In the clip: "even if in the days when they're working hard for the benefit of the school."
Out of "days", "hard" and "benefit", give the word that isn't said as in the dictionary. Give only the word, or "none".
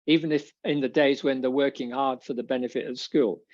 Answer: none